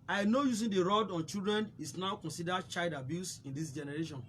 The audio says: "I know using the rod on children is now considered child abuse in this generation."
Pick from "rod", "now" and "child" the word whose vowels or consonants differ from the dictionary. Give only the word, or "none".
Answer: none